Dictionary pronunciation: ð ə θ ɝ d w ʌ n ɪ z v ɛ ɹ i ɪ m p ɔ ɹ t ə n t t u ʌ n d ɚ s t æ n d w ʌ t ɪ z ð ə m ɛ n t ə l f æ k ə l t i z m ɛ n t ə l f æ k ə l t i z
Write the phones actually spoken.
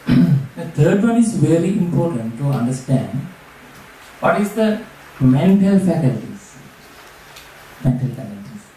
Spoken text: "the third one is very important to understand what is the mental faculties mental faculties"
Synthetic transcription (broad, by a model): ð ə t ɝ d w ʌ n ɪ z v ɛ ɹ i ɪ m p ɔ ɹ t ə n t t u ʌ n d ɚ s t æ n d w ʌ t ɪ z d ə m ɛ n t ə l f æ k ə l t i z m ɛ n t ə l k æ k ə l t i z